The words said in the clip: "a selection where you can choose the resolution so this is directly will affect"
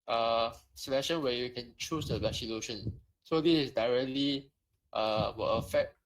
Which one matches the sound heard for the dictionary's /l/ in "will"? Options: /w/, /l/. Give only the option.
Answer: /w/